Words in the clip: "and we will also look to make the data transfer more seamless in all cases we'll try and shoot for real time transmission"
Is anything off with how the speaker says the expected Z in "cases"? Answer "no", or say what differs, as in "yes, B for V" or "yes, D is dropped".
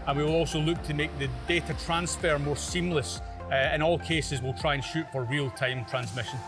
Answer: no